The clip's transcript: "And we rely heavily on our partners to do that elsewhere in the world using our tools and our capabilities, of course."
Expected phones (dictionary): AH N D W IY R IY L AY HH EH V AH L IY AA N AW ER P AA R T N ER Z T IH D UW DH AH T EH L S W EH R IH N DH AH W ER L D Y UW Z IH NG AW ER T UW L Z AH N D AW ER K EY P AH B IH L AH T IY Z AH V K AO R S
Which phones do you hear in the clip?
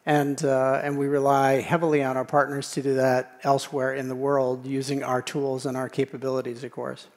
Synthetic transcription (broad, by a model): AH N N W IY R IY L AY HH EH V L IY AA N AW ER P AA R T N ER Z T IH D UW DH AH T EH L S W EH R IH N DH AH W ER L D Y UW Z IH NG AW ER T UW L Z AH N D AW ER K EY P AH B IH L AH T IY Z AH V K AO R S